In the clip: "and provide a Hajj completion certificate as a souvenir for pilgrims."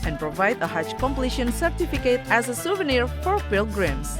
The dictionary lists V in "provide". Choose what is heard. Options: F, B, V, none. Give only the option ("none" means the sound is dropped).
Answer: V